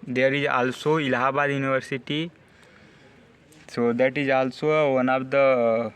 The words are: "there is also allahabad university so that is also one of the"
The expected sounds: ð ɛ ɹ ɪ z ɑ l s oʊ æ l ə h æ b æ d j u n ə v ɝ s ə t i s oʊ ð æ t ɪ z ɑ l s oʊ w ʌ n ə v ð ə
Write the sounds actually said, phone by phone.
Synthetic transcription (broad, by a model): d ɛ ɹ ɪ z ɑ l s oʊ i l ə h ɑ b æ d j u n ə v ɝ s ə t i s oʊ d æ t ɪ z ɑ l s oʊ w ʌ n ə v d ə